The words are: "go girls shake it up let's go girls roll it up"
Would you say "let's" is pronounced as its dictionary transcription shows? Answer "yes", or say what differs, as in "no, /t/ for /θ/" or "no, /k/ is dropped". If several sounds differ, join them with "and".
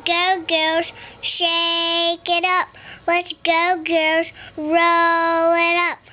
no, /w/ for /l/